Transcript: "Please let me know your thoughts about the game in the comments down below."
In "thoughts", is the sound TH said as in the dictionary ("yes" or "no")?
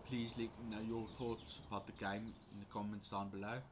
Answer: yes